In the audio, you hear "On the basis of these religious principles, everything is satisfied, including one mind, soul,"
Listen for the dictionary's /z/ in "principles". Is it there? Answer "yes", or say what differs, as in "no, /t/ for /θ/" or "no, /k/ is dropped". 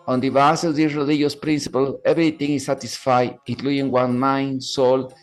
no, /z/ is dropped